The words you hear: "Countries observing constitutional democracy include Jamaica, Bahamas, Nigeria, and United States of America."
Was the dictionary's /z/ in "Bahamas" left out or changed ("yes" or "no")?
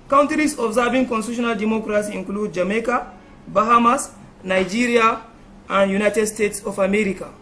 yes